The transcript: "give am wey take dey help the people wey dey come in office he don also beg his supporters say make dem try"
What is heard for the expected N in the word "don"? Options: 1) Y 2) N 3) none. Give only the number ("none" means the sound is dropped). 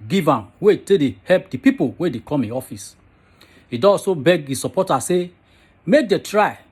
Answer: 3